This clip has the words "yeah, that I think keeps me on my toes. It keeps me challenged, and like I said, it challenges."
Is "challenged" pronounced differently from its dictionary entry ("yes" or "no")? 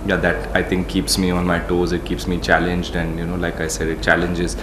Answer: no